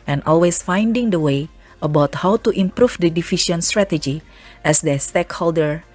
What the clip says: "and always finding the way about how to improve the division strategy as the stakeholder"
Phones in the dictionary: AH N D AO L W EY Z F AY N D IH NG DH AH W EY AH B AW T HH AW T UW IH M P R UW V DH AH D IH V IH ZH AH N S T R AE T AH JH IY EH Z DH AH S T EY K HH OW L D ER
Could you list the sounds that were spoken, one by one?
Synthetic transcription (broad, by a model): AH N AO L W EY S F AY N D IH NG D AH W EY AH B AW T HH AW T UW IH M P R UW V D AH D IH F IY SH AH N S T R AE T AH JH IY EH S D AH S T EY K HH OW L D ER